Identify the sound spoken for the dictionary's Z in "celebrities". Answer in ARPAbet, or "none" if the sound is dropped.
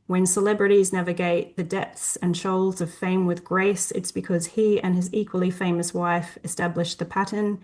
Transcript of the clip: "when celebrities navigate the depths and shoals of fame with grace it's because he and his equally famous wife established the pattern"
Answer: Z